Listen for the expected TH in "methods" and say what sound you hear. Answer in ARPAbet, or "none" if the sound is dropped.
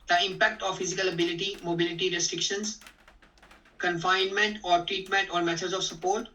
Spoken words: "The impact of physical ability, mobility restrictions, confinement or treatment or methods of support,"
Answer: T